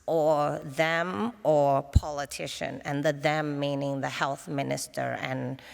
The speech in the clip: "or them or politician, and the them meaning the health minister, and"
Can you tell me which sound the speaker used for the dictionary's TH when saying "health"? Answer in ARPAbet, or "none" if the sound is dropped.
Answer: TH